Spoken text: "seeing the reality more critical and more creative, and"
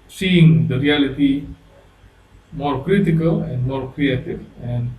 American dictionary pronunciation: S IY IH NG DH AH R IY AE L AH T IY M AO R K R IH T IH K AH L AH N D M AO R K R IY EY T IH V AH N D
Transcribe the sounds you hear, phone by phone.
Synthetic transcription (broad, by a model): S IY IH NG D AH R IY AE L AH T IY M AO R K R IH T IH K AH L AH N D M AO R K R IY EY T IH V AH N D